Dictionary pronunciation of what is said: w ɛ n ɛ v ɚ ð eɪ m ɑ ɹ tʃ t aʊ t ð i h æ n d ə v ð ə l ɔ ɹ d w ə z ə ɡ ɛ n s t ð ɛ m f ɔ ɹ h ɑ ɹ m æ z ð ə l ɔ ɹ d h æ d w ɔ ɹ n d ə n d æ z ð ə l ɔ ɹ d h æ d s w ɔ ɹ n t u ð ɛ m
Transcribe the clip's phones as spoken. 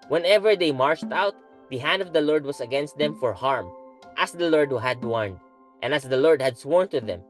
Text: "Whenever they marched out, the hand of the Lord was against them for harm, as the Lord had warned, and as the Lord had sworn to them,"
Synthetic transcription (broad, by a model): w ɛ n ɛ v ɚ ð eɪ m ɑ ɹ tʃ t aʊ t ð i h æ n d ə v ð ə l ɔ ɹ d w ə s ə ɡ ɛ n s t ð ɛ m f ɔ ɹ h ɑ ɹ m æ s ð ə l ɔ ɹ d h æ d w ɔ ɹ n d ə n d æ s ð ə l ɔ ɹ d h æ d s w ɔ ɹ n t u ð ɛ m